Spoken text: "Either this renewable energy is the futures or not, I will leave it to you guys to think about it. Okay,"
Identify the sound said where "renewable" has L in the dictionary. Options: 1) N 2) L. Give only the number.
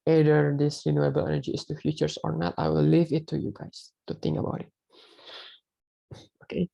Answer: 2